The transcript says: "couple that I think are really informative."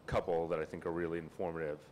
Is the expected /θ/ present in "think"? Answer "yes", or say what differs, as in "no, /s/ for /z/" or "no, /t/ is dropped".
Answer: yes